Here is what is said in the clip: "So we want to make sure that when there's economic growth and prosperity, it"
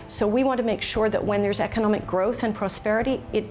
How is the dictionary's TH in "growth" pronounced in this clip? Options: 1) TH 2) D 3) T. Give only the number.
1